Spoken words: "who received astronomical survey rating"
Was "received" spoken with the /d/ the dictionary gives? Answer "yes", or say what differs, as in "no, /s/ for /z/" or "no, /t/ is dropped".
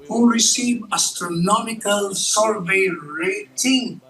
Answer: no, /d/ is dropped